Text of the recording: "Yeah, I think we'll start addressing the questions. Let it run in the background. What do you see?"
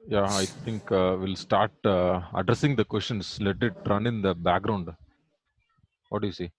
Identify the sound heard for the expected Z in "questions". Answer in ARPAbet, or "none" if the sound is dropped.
S